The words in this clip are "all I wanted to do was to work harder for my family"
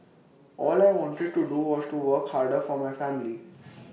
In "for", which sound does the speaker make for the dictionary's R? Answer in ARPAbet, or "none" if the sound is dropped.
R